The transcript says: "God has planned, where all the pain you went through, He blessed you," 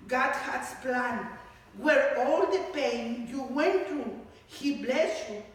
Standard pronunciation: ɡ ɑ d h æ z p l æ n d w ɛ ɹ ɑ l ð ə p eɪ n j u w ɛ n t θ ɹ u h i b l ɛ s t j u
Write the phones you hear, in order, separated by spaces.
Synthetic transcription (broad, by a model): ɡ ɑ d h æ s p l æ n w ɛ ɹ ɑ l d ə p eɪ n j u w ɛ n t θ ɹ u h i b l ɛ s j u